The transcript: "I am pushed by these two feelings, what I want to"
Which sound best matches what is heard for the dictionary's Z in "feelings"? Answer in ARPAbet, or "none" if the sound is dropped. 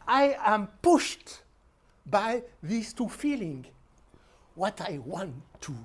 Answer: none